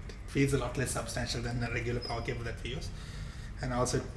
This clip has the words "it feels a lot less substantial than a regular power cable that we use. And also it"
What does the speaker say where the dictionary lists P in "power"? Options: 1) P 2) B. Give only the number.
1